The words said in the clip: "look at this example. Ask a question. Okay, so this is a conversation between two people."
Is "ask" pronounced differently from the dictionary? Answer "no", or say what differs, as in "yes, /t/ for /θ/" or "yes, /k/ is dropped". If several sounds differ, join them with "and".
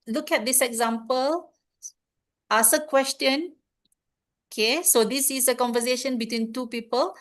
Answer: yes, /k/ is dropped